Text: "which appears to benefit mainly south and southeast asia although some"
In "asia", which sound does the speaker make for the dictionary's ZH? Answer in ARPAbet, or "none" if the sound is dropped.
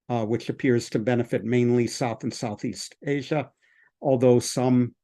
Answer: ZH